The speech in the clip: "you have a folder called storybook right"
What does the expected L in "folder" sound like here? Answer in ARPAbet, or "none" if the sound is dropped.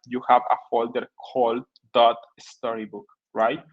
L